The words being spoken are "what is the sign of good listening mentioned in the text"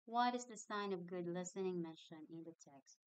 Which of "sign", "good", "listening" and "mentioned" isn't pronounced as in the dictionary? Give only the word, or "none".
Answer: mentioned